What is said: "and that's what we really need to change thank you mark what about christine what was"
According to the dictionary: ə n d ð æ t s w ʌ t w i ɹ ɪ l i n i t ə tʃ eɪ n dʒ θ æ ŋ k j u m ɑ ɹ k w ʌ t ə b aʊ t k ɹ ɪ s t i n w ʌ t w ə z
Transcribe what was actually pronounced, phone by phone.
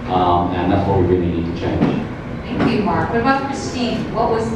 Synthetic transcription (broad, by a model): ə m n ð æ t s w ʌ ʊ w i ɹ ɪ n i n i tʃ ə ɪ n z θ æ ŋ k j u m ɑ ɹ k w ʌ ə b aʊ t k ɹ ɪ s t i n w ʌ t w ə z